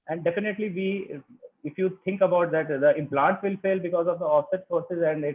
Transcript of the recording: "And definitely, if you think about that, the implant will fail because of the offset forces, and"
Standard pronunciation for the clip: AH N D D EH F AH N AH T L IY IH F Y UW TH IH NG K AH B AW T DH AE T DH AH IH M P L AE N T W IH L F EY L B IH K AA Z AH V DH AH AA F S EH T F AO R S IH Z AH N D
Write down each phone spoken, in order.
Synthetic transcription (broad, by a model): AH N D D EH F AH N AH T L IY IH F Y UW T IH NG K AH B AW T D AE T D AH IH M P L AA N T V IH L F EY L B IH K AA Z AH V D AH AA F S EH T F AO R S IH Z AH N D